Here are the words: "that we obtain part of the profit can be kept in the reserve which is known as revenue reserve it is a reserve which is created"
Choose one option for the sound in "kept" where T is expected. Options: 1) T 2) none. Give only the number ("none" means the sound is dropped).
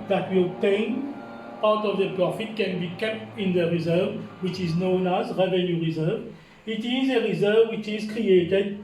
1